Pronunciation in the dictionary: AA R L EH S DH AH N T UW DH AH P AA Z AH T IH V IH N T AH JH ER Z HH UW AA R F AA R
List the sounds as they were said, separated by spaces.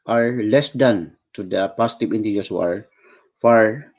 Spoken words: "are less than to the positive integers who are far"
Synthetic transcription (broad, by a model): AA R L EH S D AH N T UW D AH P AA S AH T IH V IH N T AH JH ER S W AA R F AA R